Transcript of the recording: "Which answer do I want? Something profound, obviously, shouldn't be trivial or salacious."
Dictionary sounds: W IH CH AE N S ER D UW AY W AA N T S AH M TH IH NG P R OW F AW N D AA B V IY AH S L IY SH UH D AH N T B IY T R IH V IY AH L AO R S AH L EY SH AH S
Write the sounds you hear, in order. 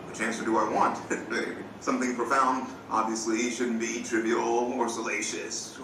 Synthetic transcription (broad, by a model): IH CH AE N S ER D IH AY W AA N T S AH M TH IH NG P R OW F AW N D AA B V IY AH S L IY SH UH D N B IY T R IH B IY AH L AO R S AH L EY SH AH S